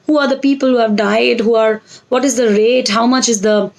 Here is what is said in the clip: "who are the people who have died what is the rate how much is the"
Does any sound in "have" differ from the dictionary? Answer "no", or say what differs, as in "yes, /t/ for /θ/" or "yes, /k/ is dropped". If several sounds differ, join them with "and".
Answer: no